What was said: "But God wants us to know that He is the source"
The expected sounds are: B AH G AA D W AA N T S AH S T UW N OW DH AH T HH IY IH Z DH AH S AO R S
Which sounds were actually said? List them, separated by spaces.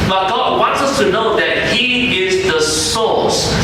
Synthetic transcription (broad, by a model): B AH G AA W AA N T S AH S T UW N OW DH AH T HH IY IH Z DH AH S AO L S